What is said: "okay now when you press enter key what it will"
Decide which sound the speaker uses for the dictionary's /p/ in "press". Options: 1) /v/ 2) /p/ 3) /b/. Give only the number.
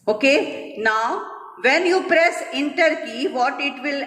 2